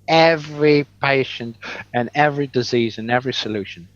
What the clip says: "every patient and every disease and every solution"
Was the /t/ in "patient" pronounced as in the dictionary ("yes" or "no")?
yes